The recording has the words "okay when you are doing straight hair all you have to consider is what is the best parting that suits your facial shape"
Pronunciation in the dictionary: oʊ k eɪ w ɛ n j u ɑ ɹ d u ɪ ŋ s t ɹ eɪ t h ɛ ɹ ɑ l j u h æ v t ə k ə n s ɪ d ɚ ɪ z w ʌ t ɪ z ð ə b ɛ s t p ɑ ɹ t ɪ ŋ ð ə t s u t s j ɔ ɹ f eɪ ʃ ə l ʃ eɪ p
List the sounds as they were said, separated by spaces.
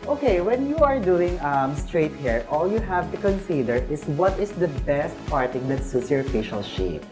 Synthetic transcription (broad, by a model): oʊ k eɪ w ɛ n j u ɑ ɹ d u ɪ ŋ s t ɹ eɪ t h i ɹ ɑ l j u h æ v t ə k ə n s ɪ d ɚ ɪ s w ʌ t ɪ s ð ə b ɛ s t p ɑ ɹ t ɪ ŋ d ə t s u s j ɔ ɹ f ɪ ʃ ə l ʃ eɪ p